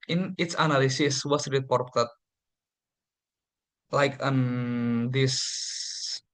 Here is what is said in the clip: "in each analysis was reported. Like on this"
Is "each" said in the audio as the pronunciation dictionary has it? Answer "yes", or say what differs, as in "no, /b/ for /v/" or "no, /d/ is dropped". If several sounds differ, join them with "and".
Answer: no, /s/ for /tʃ/